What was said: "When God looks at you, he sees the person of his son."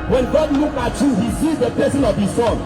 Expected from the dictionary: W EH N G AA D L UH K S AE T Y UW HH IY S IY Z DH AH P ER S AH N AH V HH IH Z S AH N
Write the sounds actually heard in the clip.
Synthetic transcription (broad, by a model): W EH N G AA D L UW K AA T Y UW HH IY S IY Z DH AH P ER S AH N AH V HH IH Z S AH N